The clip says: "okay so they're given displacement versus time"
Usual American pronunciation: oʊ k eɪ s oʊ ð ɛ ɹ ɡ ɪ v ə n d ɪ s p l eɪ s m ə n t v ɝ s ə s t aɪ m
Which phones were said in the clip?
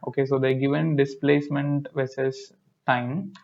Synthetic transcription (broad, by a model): oʊ k eɪ s oʊ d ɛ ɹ ɡ ɪ v ə n d ɪ s p l eɪ s m ə n t v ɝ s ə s t aɪ m